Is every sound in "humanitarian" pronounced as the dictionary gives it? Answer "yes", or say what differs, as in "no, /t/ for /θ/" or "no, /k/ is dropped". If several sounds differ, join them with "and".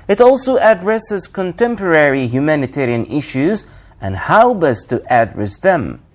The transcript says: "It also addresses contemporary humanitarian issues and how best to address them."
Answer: yes